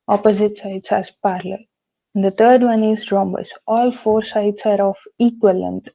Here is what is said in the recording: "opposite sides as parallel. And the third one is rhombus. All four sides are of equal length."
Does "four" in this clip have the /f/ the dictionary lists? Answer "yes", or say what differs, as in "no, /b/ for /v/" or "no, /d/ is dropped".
yes